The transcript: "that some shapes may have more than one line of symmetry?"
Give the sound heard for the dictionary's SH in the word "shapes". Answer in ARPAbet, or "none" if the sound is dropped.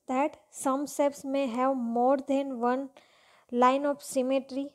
S